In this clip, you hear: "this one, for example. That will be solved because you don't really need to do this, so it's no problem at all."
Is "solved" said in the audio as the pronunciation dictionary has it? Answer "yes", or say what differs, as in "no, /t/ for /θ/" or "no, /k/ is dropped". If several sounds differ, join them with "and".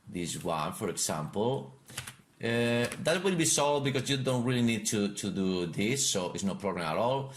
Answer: no, /v/ is dropped